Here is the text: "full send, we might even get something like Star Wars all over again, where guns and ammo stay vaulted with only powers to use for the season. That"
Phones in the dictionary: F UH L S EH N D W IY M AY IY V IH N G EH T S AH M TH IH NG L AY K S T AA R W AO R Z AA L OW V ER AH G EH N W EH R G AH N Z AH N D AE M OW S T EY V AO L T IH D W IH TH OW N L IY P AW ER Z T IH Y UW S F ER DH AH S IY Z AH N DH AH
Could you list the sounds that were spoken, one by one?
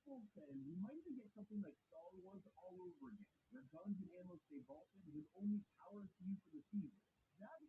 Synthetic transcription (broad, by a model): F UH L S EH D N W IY M AY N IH G EH T S AH M TH IH NG L AY K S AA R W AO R Z AA L OW V ER AH G EH N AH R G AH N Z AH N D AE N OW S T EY B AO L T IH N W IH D OW N L IY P AW ER T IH Y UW F ER DH AH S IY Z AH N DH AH